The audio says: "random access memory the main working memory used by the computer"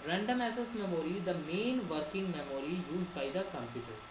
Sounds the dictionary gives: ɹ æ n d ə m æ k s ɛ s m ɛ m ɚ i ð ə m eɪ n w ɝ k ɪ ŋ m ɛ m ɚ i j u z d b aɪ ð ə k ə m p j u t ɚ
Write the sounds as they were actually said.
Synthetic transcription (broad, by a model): ɹ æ n d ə m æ s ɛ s m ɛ m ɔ i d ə m eɪ n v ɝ k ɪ ŋ m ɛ m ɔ i j u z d b aɪ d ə k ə m p j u t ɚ